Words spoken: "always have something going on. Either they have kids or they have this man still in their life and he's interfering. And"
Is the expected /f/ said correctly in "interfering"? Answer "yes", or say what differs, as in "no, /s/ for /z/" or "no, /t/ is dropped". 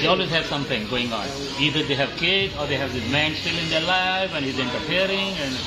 no, /p/ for /f/